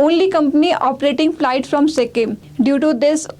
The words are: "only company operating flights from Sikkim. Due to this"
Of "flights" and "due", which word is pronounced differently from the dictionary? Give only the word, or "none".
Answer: flights